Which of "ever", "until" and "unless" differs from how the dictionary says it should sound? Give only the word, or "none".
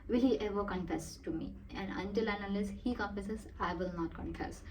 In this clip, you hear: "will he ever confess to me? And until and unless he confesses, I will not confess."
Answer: unless